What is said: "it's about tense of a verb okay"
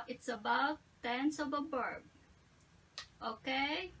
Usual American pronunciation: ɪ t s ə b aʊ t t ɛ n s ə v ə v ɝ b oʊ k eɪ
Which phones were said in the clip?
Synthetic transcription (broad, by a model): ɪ t s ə b aʊ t t ɛ n s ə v ə b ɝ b oʊ k eɪ